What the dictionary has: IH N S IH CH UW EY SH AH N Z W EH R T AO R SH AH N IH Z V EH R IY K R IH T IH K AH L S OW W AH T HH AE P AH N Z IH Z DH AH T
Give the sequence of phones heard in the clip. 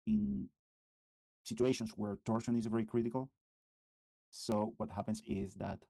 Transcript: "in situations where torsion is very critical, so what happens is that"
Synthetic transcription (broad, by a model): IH N S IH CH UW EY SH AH N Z W EH R T AO R SH AH N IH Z V EH R IY K R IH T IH K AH L S OW W AH T HH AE P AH N S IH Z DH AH T